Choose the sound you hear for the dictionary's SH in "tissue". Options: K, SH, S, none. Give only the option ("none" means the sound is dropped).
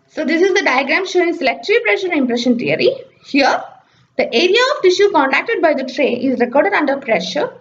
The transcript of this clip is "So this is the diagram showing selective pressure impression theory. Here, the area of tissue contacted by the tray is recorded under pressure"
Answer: SH